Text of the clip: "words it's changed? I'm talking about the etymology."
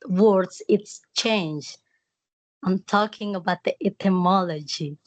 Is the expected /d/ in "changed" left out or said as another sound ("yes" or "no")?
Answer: yes